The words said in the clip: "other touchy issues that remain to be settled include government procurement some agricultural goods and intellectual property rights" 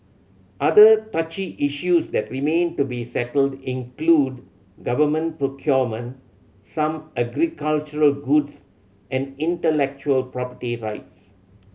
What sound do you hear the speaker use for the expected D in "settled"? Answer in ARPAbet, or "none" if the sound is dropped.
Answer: D